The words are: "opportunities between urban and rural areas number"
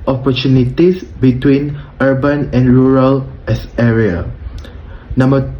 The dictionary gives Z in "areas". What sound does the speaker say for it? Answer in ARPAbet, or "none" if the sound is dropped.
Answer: none